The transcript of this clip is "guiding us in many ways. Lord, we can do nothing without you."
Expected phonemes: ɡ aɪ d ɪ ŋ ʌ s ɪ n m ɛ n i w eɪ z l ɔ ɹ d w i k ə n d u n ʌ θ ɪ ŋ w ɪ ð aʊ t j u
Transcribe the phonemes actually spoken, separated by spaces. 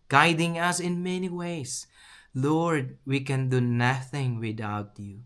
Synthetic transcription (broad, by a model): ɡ aɪ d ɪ ŋ ʌ s ɪ n m ɛ n i w eɪ s l ɔ ɹ d w i k ə n d u n ʌ θ ɪ ŋ w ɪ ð aʊ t j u